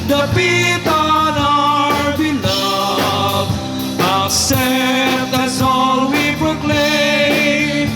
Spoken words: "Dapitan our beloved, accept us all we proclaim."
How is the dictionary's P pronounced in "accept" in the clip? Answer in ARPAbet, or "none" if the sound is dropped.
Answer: none